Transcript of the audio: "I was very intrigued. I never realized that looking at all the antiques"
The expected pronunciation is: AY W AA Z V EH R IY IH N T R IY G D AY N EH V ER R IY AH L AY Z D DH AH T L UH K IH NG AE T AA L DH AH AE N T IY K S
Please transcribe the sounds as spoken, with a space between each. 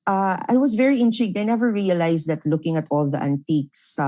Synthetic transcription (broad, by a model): AY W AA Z V EH R IY IH N T R IY G D AY N EH V ER R IY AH L AY S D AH T L UH K IH NG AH T AA L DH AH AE N T IY K S